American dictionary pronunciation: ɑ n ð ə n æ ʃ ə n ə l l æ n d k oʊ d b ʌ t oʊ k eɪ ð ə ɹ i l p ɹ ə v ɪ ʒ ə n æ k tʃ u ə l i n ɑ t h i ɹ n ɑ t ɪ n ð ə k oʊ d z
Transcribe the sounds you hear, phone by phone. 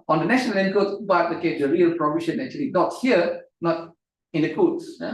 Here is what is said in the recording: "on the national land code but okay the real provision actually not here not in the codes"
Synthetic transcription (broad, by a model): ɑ n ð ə n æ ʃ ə n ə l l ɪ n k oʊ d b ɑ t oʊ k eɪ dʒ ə ɹ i l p ɹ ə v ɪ ʃ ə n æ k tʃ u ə l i n ɑ t h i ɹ n ɑ t ɪ n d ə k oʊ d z